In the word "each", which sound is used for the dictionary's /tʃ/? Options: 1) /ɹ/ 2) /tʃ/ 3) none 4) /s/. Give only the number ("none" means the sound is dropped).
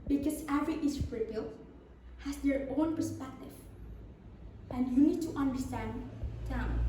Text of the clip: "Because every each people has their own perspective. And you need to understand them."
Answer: 4